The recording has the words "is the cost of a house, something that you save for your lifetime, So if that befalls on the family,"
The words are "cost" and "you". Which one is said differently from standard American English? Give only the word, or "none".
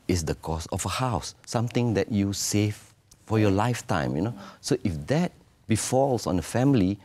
cost